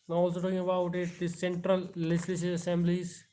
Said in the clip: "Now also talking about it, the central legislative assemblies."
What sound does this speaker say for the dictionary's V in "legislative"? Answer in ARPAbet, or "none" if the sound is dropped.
none